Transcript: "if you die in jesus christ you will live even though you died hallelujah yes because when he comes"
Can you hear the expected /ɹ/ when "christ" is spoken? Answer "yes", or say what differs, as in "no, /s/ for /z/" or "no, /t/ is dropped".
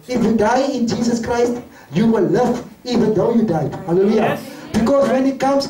yes